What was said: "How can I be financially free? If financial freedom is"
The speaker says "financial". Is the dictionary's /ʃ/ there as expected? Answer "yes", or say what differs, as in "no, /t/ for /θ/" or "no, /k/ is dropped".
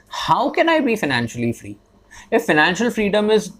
yes